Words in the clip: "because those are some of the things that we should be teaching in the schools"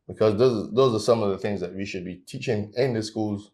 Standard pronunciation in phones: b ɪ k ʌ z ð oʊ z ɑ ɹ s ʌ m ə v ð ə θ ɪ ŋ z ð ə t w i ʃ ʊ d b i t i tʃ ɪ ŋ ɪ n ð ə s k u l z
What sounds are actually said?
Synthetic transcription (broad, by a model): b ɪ k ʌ z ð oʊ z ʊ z s ʌ m ə v ð ə θ ɪ ŋ z ð ə t w i ʃ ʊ d b i t i tʃ ɪ ŋ ɪ n ð ə s k u l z